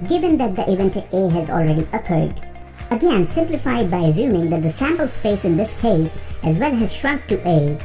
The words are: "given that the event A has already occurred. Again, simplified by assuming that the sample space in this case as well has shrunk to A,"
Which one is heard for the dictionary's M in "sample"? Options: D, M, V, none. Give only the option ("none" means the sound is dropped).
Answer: M